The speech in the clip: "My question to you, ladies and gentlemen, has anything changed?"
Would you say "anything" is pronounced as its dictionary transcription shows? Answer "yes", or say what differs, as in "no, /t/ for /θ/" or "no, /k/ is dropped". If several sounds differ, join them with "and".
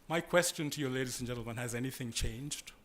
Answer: yes